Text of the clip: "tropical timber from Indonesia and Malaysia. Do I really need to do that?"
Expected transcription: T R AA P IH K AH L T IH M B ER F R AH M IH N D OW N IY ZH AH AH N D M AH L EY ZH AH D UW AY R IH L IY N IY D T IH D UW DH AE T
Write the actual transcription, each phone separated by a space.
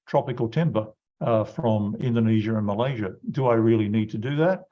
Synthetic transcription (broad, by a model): T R AA P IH K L T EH M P ER F R AH M IH N D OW N IY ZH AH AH N M AH L EY ZH AH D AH AY R IH L IY N IY D T IH D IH DH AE T